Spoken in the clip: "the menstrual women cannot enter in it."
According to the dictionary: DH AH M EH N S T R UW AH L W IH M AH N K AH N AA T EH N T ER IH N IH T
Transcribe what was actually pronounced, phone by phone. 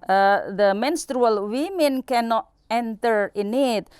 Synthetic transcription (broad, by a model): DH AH M EH N S T R UW AH L W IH M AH N K AH N AA T EH N T ER IH N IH T